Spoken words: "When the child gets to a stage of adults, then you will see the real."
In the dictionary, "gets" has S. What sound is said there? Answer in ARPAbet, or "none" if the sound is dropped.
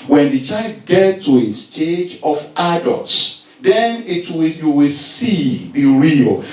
none